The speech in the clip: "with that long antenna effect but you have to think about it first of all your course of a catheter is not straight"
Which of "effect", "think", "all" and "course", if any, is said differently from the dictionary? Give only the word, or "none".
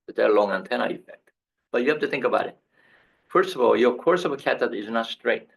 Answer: none